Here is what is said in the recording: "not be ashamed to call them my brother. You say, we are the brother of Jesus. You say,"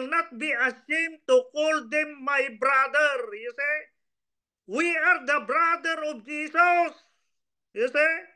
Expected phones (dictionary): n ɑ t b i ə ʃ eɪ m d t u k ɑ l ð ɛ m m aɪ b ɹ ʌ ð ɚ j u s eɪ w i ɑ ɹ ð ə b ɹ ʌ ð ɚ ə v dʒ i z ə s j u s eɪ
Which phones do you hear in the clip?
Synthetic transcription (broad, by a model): n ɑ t b i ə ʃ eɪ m t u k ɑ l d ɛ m m aɪ b ɹ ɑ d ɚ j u s eɪ w i ɑ ɹ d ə b ɹ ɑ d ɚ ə b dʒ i s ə s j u s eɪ